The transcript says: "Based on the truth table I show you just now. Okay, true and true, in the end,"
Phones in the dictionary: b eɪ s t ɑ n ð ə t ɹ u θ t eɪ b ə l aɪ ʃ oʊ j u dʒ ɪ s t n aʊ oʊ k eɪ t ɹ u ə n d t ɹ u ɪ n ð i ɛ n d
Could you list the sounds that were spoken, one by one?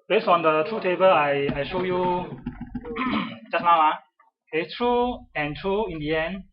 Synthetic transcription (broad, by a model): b eɪ s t ɑ n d ə t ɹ u t eɪ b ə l aɪ ʃ oʊ j u dʒ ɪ s n aʊ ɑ eɪ t ɹ u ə n t ɹ u ɪ n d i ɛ n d